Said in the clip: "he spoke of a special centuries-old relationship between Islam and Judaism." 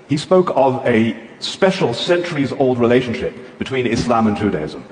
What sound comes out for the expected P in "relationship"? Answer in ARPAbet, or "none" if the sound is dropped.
P